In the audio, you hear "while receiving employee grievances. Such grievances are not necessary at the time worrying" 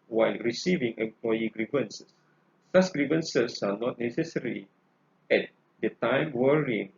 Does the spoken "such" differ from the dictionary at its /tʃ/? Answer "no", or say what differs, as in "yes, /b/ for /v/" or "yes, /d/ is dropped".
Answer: yes, /s/ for /tʃ/